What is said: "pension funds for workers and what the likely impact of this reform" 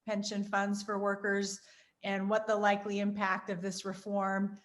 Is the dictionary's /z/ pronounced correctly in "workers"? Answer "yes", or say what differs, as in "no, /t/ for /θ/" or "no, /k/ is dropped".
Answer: yes